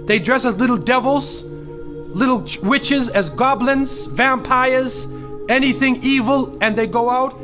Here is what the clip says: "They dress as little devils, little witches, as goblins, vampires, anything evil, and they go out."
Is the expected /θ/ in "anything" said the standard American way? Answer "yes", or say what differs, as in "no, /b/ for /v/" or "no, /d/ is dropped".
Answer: yes